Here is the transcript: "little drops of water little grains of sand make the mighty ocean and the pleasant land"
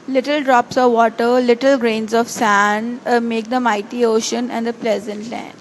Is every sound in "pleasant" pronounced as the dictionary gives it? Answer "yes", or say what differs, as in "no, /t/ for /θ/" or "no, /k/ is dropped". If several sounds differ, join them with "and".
yes